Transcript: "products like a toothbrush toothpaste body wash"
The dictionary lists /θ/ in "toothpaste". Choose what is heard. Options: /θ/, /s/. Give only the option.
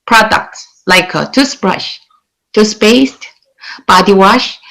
/s/